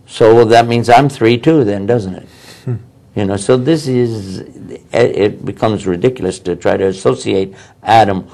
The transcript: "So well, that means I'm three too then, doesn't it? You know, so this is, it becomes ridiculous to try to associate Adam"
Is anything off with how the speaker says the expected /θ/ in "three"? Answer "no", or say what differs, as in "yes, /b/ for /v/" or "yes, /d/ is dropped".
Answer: no